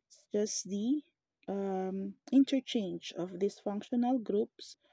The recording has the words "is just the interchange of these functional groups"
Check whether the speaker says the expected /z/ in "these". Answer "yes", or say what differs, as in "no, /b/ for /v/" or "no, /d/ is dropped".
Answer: no, /s/ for /z/